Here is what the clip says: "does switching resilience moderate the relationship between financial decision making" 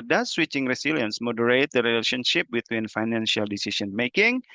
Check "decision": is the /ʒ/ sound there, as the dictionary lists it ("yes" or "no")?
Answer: no